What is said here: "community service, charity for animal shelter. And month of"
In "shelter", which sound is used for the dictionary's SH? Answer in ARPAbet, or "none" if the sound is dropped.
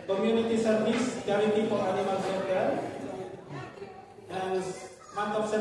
S